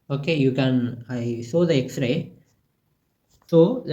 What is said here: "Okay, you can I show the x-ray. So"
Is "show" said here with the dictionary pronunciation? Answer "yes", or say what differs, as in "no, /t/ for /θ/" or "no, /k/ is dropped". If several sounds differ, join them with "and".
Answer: no, /s/ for /ʃ/